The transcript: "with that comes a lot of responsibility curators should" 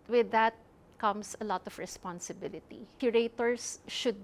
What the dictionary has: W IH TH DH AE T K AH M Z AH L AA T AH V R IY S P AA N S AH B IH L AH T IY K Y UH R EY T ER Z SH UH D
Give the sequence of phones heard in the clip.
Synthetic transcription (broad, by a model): W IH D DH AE T K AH M S AH L AA T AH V R IY S P AA N S AH B IH L AH T IY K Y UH R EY T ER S SH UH D